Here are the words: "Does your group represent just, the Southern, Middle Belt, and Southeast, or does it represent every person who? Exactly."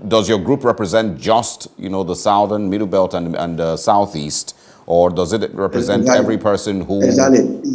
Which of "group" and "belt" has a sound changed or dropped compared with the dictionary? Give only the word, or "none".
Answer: none